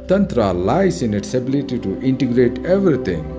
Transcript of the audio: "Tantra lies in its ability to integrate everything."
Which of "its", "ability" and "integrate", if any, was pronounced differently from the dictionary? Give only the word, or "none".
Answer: none